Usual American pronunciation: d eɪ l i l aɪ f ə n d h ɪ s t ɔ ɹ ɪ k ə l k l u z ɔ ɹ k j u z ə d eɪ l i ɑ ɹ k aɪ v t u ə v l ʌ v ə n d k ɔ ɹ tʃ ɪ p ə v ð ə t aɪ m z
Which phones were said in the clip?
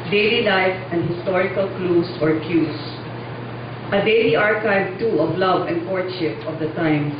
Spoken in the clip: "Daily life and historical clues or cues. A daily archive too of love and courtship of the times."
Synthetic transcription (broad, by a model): d eɪ l i l aɪ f ə n d h ɪ s t ɔ ɹ ɪ k ə l k l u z ɔ ɹ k j u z ə d eɪ l i ɑ ɹ k aɪ v t u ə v l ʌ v ə n d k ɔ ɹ ʃ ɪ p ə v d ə t aɪ m